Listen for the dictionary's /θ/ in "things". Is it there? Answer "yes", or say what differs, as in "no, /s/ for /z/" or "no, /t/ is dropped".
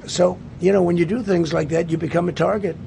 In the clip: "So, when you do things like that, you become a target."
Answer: yes